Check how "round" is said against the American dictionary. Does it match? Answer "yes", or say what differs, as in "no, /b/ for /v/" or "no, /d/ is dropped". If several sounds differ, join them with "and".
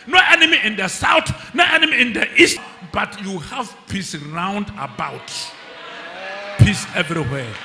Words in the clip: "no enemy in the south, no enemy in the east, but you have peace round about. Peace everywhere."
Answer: yes